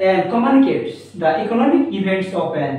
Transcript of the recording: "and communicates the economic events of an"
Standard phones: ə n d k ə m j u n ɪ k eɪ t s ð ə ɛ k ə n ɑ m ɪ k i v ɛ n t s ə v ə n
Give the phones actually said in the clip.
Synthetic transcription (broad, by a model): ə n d k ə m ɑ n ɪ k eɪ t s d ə ɛ k ə n ɑ m ɪ k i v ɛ n t s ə p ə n